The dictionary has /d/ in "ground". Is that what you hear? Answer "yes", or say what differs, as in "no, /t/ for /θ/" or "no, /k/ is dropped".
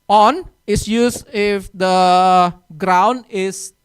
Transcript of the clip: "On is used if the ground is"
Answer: yes